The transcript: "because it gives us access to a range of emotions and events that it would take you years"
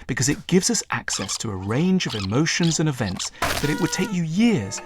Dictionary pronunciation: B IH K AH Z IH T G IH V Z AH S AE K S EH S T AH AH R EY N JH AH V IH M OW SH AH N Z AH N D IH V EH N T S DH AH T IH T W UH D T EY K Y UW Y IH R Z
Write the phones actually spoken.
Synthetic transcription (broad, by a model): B IH K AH Z IH T G IH V Z AH S AE K S EH S T AH AH R EY N JH AH V IH M OW SH AH N Z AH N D IH V EH N T S DH AH T IH T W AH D T EY K Y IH Y IH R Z